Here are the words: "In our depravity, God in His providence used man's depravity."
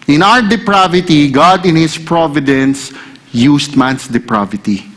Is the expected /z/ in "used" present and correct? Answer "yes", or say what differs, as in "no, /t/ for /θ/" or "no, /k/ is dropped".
no, /s/ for /z/